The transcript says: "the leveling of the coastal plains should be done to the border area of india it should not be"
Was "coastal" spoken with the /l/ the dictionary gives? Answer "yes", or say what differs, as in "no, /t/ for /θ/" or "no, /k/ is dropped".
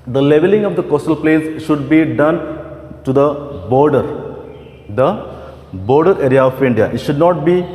yes